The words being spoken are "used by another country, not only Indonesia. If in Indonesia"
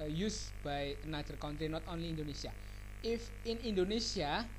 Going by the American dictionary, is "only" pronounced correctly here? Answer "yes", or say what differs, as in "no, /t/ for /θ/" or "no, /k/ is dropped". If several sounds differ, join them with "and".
yes